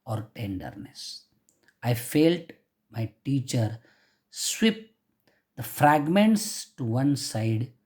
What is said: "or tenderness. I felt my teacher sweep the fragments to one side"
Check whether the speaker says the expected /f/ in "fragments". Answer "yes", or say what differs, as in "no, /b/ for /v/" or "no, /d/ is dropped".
yes